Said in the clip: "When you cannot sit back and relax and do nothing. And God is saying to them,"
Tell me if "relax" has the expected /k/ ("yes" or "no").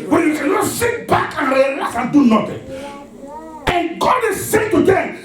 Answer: no